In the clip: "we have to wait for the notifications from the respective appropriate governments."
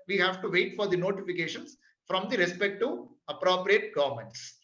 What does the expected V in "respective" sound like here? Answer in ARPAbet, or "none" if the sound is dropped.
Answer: none